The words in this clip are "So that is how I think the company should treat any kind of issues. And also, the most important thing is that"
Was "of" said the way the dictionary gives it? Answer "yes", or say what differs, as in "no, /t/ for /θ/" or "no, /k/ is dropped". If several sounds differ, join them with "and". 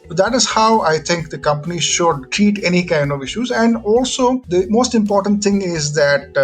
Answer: yes